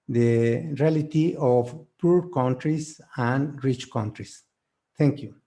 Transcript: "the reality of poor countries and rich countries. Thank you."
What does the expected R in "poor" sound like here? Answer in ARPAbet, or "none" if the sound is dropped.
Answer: R